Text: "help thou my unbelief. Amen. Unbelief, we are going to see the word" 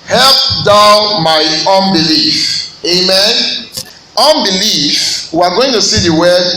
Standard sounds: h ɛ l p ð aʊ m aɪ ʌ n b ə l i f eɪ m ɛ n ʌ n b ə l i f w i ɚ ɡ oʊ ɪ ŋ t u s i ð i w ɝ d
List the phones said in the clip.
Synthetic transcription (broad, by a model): h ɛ l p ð aʊ m aɪ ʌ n b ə l i f eɪ m ɛ n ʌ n b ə l i f w i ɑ ɡ oʊ ɪ ŋ t u s i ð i w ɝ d